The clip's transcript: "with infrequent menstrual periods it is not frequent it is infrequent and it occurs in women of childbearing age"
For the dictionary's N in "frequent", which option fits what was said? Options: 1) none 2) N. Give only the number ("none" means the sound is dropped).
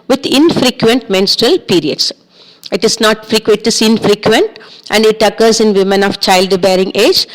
1